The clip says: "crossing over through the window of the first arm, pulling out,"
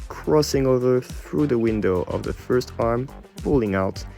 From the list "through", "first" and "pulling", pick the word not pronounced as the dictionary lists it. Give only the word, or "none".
none